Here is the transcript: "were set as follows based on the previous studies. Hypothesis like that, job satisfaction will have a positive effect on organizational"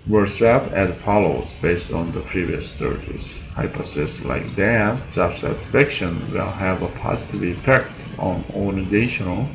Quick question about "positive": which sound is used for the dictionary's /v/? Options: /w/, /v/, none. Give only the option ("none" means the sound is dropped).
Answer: /v/